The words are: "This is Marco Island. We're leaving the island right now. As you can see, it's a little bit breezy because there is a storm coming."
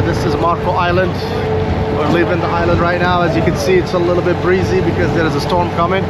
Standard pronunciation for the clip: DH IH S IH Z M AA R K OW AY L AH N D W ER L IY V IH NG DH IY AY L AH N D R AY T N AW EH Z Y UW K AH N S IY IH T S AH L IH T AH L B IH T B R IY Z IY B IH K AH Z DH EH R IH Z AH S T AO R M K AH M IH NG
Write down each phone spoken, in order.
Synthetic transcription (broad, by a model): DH IH S IH Z M AA R K OW AY L AH N D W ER L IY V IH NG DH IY AY L AH N D R AY T N AW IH Z Y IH K AH N S IY IH T S AH L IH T L B IH T B R IY Z IY B IH K AH Z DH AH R IH Z AH S T AO R M K AH M IH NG